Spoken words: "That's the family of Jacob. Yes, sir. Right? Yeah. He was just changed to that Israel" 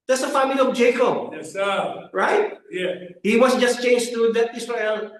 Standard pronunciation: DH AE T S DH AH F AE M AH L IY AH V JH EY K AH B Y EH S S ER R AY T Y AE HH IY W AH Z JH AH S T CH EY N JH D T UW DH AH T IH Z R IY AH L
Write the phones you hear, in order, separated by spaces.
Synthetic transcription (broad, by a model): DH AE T S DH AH F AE M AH L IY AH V JH EY K AH B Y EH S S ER R AY T Y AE HH IY W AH S JH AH S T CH EY N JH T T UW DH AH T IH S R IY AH L